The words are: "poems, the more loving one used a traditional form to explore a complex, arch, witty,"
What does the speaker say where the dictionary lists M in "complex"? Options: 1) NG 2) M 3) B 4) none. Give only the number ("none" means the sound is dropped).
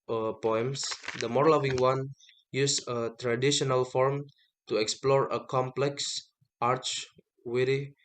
2